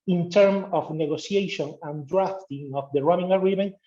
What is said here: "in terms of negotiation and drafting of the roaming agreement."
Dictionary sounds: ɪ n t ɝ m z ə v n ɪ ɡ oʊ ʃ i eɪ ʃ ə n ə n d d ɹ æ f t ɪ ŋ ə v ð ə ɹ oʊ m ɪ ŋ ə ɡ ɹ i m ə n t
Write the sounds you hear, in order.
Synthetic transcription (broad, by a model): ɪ n t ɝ m ə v n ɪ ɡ oʊ s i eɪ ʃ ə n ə n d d ɹ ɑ f t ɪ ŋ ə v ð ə ɹ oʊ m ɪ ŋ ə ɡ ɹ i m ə n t